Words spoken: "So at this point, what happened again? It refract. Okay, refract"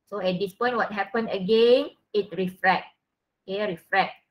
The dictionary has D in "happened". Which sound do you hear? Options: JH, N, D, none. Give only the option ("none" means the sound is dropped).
none